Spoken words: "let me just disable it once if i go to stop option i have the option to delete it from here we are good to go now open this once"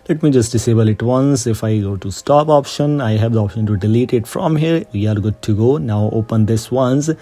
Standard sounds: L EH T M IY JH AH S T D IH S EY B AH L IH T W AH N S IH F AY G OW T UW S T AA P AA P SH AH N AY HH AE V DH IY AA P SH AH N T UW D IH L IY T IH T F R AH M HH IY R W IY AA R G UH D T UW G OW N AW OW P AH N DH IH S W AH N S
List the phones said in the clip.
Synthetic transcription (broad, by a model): L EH T M IY JH AH S T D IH S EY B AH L IH T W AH N S IH F AY G OW T UW S T AA P AA P SH AH N AY HH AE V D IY AA P SH AH N T UW D IH L IY T IH T F R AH M HH IY R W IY AA R G UH D T UW G OW N AW OW P AH N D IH S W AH N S